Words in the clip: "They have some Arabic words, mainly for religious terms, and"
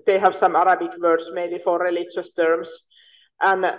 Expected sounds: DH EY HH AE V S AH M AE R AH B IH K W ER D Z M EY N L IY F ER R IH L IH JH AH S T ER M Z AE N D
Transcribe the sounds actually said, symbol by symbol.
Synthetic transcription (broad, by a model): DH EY HH AE V S AH M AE R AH B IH K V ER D S M EY L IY F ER R IH L IH JH AH S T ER M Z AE N